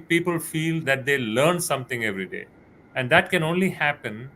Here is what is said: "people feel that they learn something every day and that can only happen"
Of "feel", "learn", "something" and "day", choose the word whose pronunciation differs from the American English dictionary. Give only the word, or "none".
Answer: something